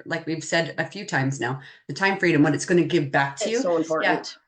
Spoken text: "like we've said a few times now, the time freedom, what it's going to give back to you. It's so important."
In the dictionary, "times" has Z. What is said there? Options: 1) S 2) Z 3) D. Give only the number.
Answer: 2